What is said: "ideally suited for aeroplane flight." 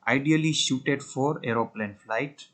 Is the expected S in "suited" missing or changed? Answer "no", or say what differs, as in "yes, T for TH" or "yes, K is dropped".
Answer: yes, SH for S